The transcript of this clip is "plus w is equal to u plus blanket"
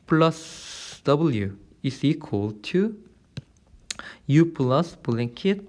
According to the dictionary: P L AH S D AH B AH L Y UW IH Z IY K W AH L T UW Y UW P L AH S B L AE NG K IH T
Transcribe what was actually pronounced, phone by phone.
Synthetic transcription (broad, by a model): P L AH S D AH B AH L Y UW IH S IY K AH L T UW Y UW P L AH S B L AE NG K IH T